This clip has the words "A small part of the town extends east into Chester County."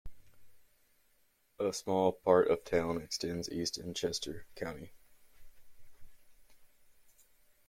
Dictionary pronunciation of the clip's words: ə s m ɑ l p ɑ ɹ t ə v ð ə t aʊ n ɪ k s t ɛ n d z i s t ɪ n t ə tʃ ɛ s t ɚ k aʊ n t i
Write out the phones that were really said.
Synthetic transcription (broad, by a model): ə s m ɑ l p ɑ ɹ t ə v t aʊ n ɪ k s t ɛ n d z i s t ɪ n tʃ ɛ s t ɚ k aʊ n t i